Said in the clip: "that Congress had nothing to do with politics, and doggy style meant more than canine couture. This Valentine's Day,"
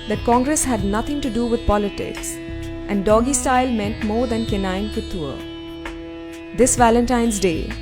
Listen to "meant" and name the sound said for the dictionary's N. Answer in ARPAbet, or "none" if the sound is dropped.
N